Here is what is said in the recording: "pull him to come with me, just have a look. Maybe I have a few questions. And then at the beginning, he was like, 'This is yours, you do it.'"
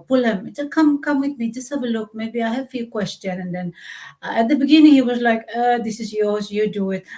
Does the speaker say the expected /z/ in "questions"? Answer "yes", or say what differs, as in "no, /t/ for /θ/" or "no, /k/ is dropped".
no, /z/ is dropped